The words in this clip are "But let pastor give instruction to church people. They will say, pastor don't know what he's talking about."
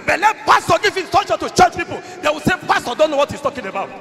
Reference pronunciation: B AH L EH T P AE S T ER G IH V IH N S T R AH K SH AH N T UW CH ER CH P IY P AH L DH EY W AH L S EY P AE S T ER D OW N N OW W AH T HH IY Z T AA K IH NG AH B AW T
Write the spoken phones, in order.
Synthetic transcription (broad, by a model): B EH L EH T P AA S T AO G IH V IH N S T AO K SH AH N T UW CH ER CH P IY P AH L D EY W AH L S EY P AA S T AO D OW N N OW W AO T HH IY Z T AA K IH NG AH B AW T